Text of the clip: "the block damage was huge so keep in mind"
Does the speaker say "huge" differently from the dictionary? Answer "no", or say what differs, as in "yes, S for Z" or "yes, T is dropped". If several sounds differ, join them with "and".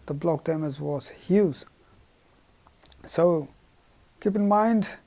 yes, Z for JH